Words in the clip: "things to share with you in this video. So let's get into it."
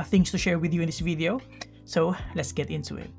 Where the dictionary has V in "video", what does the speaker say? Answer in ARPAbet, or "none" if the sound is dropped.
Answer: V